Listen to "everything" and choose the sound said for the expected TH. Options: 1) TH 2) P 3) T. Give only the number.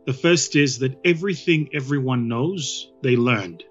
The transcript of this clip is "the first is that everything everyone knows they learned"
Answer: 1